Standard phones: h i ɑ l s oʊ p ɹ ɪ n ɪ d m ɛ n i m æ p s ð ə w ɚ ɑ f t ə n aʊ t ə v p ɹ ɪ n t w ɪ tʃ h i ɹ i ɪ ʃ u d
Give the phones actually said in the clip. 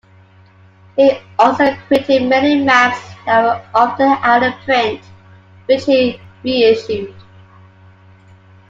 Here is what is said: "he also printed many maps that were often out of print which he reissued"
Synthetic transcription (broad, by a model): h i ɑ l s oʊ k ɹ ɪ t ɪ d m ɛ n i m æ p s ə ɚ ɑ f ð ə aʊ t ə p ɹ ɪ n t w ɪ tʃ h i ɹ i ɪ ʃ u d